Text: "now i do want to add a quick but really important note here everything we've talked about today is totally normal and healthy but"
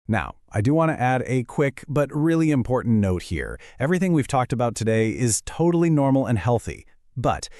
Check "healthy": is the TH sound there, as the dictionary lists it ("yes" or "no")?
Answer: yes